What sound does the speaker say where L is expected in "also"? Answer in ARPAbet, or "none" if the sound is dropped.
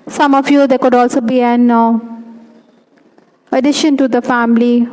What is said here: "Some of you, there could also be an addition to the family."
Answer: L